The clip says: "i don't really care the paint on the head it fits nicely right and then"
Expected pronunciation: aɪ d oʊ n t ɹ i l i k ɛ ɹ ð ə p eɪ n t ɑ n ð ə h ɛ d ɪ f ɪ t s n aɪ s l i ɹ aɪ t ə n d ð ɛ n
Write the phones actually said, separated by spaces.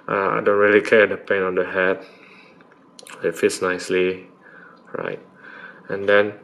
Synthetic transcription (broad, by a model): aɪ d oʊ n t ɹ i l i k ɛ ɹ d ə p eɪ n ɑ n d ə h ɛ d ɪ f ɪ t s n aɪ s l i ɹ aɪ t ə n d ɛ n